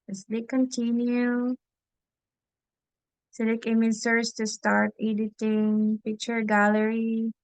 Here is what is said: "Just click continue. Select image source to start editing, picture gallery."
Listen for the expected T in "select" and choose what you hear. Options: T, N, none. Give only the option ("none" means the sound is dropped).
none